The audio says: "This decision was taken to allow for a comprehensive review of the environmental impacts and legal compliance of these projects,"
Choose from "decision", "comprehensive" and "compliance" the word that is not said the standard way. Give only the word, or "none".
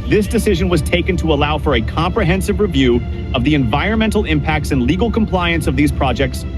none